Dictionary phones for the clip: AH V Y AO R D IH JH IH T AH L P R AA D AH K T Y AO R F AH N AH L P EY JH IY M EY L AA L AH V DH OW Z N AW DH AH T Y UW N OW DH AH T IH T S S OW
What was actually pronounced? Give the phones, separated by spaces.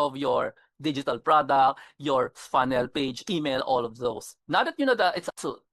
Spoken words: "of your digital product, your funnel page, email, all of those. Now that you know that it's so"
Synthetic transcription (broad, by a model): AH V Y AO R D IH JH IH T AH L P R AA D AH K T Y AO R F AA N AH L P EY JH IY M EY L AA L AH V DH OW S N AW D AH T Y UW N OW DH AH T IH T S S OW